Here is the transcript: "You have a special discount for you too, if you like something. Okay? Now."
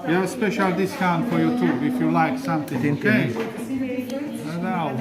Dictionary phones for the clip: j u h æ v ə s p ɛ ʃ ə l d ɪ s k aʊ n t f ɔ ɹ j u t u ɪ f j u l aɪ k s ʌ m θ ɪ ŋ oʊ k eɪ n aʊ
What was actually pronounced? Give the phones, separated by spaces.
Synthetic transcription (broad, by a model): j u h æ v ə s p ɛ ʃ ə l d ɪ s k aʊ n f ɔ ɹ j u t u ɪ f j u l aɪ k s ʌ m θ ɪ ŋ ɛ eɪ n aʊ